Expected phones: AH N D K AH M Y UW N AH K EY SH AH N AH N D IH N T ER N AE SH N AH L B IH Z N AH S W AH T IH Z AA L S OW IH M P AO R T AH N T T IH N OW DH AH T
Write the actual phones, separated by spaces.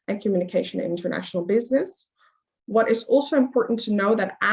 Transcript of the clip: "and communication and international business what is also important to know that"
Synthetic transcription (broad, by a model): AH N K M Y UW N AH K EY SH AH N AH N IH N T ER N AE SH N L B IH Z N AH S W AH T IH Z AA L S OW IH M P AO R T N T T IH N OW DH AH T